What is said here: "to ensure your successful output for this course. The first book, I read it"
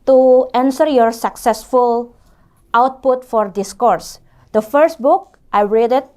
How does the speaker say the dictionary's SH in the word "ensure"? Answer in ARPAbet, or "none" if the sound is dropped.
S